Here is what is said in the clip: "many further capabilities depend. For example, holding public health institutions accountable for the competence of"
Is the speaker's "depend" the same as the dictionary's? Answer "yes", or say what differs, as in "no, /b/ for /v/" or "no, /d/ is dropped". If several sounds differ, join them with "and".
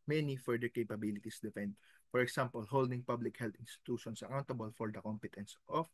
no, /f/ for /p/